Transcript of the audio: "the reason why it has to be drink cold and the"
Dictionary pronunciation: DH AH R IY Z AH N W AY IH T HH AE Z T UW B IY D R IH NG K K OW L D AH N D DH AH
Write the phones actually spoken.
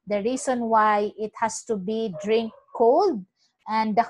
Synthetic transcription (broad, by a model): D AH R IY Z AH N W AY IH T HH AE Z T UW B IY D R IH NG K K OW L D AH N D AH